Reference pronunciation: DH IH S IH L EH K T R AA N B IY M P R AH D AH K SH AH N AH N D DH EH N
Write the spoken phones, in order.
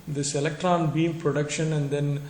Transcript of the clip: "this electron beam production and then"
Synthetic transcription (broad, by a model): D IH S IH L EH K T R AA N B IY M P R AH D AH K SH AH N AH N D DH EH N